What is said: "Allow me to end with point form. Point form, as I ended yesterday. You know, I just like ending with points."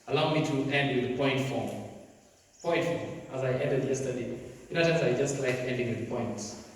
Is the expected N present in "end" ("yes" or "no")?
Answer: yes